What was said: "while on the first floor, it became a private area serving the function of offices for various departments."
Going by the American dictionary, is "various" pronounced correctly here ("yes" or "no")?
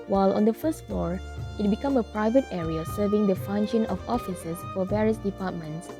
yes